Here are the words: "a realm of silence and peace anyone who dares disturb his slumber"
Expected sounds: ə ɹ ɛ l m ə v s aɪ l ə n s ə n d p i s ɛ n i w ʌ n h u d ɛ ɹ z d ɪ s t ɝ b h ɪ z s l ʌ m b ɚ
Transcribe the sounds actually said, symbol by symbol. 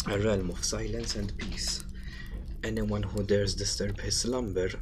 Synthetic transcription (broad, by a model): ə ɹ ɛ l m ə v s aɪ l ə n s ə n d p i s ɛ n i w ʌ n h u d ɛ ɹ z d ɪ s t ɝ b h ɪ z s l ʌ m b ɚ